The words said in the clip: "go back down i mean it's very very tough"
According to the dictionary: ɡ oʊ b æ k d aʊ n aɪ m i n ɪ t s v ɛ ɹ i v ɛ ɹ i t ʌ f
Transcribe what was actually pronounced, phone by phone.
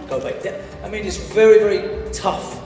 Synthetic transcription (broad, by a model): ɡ oʊ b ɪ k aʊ aɪ m i n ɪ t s v ɛ ɹ i v ɛ ɹ i t ʌ f